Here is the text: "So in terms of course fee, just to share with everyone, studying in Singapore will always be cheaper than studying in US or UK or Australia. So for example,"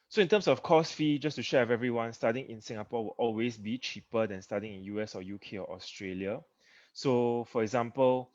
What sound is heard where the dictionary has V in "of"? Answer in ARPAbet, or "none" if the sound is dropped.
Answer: F